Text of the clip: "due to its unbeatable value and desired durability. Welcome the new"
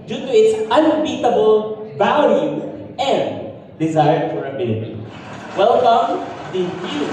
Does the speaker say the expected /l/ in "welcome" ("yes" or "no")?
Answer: yes